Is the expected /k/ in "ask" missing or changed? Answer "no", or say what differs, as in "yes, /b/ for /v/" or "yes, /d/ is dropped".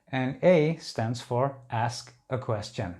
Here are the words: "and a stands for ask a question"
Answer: no